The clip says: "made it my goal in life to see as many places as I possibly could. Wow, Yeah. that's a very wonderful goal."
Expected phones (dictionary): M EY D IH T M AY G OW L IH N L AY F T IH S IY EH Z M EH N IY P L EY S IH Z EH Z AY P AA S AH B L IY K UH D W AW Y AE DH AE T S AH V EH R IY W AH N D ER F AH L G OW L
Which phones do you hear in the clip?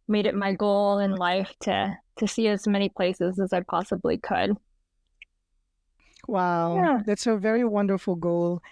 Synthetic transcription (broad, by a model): M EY D IH T M AY G OW L IH N L AY F T IH S IY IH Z M EH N IY P L EY S IH Z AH Z AY P AA S AH B L IY K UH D W AW Y AE DH AE T S AH V EH R IY W AH N D ER F L G OW L